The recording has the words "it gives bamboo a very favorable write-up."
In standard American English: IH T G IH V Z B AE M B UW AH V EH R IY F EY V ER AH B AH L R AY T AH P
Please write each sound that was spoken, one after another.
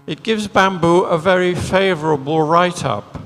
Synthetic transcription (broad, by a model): IH T G IH V Z B AE M B UW AH V EH R IY F EY V ER AH B AH L R AY T AH P